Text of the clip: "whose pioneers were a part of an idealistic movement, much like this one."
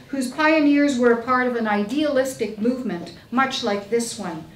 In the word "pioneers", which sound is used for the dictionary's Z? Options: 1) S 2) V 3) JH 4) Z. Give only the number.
4